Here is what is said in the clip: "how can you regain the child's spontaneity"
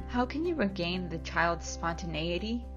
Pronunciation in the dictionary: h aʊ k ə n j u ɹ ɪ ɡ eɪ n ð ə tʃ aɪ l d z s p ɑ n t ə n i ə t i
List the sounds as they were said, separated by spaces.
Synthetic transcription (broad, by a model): h aʊ k ə n j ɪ ɹ ɪ ɡ eɪ n ð ə tʃ aɪ l d z s p ɑ n t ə n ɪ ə t i